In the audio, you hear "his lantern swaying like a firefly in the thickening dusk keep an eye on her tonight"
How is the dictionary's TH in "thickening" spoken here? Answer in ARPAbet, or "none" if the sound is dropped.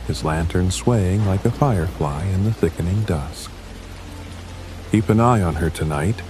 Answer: TH